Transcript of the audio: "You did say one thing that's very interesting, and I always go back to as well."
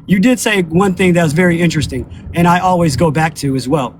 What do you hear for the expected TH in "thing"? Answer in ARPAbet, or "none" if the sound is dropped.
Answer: TH